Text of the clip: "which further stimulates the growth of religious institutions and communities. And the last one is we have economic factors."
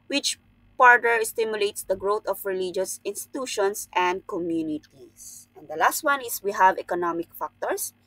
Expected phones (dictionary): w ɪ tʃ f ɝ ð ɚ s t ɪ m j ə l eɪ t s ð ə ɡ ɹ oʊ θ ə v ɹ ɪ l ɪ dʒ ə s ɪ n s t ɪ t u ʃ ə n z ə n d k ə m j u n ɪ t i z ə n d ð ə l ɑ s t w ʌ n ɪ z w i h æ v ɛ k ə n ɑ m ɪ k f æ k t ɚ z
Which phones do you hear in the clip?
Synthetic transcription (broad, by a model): w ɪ tʃ p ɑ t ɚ s t ɪ m j ə l eɪ t s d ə ɡ ɹ oʊ t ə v ɹ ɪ l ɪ dʒ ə s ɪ n s t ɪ t u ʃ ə n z ə n d k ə m j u n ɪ t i s ə n d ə l ɑ s t w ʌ n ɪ s w i h æ v ɛ k ə n ɑ m ɪ k f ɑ k t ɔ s